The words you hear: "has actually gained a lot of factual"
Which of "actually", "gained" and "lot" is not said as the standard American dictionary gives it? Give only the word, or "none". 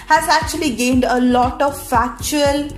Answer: none